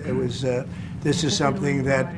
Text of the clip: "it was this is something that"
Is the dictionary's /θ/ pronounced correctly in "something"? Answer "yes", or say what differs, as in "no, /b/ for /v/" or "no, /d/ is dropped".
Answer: yes